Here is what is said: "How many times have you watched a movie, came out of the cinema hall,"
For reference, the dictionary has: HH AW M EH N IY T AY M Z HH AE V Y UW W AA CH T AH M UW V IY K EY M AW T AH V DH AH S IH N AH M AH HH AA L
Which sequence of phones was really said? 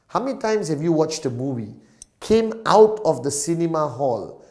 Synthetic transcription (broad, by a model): HH AW M EH N IY T AY M S HH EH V Y UW W AA CH T AH M UW V IY K EY M AW T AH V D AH S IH N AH M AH HH AA L